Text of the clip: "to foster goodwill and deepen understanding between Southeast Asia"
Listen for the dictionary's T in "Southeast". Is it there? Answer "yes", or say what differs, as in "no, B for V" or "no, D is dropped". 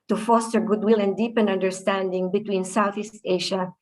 yes